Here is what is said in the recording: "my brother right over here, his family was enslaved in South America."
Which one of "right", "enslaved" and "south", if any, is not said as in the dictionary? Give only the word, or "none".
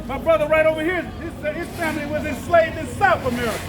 none